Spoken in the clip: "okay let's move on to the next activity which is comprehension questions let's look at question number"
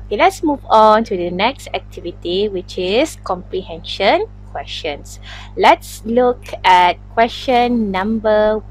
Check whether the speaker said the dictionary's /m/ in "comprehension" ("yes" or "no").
yes